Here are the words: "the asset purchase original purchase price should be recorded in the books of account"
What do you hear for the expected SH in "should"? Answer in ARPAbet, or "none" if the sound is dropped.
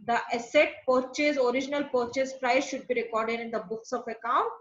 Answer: SH